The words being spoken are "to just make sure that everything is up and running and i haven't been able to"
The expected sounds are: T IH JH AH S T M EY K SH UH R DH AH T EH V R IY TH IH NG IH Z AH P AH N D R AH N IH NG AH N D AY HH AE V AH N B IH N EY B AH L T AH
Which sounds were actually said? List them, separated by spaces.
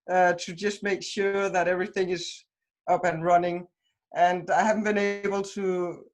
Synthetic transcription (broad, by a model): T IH JH AH S T M EY K SH UH R DH AH T EH V R IY TH IH NG IH Z AH P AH N R AH N IH NG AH N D AY HH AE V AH N B IH N EY B AH L T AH